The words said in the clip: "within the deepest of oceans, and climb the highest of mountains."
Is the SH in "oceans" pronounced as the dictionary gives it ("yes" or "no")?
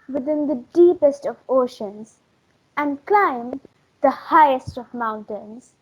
yes